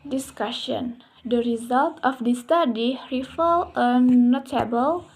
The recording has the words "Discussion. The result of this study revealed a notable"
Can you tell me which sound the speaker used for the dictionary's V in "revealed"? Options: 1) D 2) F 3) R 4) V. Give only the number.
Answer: 2